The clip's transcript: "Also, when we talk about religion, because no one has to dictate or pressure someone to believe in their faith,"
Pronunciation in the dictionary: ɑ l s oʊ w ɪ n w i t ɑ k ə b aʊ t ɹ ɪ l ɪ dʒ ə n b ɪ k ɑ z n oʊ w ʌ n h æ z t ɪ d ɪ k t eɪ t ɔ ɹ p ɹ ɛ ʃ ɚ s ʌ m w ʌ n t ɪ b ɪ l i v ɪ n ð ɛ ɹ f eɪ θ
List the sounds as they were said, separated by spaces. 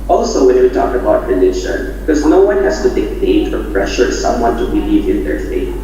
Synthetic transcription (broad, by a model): ɑ l s oʊ w ɪ n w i t ɑ k ə b aʊ t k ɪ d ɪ ʃ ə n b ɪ k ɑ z n oʊ w ʌ n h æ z t ɪ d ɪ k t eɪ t ɔ ɹ p ɹ ɛ ʃ ɚ s ʌ m w ʌ n t ɪ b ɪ l i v ɪ n ð ɛ ɹ f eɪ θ